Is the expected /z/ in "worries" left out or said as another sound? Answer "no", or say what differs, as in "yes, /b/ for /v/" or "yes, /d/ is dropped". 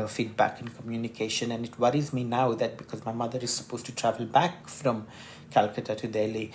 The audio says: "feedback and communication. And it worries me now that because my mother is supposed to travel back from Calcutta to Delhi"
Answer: no